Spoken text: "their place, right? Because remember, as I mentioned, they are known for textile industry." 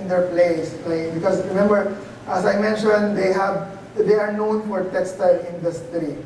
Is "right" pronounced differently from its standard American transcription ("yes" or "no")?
yes